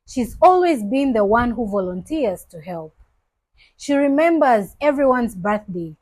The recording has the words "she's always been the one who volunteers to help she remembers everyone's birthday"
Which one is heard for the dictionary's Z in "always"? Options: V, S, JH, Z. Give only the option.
Z